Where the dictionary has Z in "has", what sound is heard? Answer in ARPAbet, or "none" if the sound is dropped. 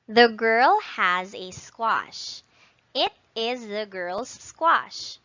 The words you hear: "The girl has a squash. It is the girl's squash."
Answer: Z